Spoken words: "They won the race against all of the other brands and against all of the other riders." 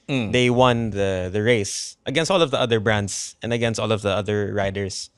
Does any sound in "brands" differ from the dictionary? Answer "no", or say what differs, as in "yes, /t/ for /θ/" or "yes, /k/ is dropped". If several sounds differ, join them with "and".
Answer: yes, /s/ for /z/